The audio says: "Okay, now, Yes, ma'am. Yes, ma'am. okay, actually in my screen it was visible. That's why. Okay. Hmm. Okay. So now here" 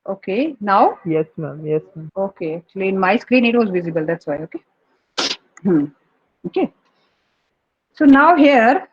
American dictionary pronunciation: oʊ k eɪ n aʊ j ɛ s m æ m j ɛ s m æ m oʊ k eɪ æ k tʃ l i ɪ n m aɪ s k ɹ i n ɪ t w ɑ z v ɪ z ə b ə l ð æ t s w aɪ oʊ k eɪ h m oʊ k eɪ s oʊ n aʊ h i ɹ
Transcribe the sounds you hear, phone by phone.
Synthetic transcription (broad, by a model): oʊ k eɪ n aʊ j ɛ s m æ m j ɛ s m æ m oʊ k eɪ æ k tʃ l i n m aɪ s k ɹ i n ɪ t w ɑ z v ɪ z ə b ə l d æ t s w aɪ oʊ k eɪ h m oʊ k eɪ s oʊ n aʊ h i ɹ